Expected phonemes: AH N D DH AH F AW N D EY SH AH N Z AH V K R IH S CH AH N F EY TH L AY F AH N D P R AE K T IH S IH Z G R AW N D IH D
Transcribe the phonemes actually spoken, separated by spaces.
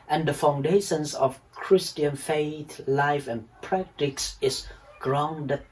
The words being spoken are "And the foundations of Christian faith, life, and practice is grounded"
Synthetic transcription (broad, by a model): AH N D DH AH F AW N D EY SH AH N S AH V K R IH S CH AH N F EY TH L AY F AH N P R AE K T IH S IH S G R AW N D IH